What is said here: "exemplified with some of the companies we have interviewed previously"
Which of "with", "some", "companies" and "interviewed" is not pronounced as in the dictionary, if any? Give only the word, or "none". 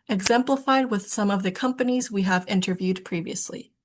none